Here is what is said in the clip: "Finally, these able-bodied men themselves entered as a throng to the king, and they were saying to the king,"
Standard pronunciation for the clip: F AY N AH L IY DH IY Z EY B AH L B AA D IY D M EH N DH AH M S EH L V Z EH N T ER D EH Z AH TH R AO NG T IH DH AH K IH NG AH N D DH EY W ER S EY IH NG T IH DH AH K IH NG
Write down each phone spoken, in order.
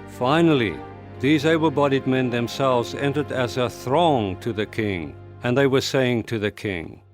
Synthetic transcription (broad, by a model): F AY N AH L IY DH IY Z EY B AH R B AA D IY D M EH N DH AH M S EH L V Z EH N T ER D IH Z AH TH R AO NG T IH DH AH K IH NG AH N DH EY W ER S EY IH NG T IH DH AH K IH NG